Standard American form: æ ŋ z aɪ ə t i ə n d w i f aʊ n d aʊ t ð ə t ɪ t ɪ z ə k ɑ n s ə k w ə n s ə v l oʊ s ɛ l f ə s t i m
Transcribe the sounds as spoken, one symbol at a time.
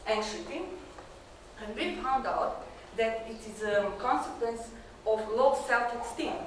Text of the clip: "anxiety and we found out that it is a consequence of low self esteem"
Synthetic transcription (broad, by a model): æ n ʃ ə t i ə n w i f aʊ n d aʊ t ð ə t ɪ t ɪ z ə k ɑ n s ə k w ə n s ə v l oʊ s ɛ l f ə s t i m